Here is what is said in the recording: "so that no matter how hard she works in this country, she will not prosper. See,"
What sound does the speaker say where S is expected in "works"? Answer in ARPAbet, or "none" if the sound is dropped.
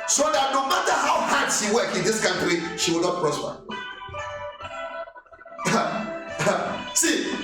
none